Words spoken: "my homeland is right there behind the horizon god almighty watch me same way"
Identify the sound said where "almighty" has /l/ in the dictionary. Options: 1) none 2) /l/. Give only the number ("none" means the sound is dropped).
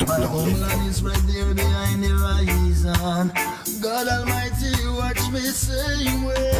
2